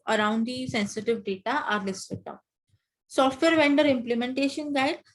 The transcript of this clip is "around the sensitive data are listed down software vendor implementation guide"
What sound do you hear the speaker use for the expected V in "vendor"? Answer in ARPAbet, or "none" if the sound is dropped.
V